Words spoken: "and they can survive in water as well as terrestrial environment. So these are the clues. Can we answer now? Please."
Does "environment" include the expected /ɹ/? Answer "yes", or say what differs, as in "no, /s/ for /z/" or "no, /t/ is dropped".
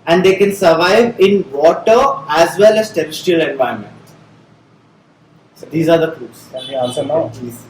no, /ɹ/ is dropped